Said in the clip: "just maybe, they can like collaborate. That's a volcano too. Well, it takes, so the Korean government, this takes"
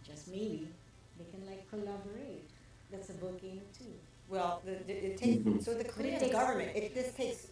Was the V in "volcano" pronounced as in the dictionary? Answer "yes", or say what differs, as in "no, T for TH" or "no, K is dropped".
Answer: no, B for V